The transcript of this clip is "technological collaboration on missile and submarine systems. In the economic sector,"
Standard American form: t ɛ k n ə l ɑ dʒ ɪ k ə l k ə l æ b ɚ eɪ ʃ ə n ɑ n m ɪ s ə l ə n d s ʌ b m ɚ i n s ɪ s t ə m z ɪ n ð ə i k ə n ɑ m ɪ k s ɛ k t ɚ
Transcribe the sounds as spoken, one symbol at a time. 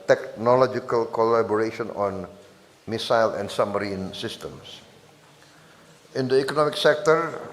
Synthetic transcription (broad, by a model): t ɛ k n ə l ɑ dʒ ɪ k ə l k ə l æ b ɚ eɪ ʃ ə n ɑ n m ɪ s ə l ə n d s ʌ m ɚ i n s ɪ s t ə m s ɪ n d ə i k ə n ɑ m ɪ k s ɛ k t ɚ